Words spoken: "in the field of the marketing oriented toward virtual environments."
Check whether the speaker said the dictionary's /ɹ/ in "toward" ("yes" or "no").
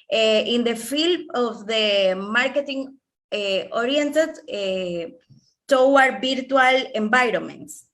no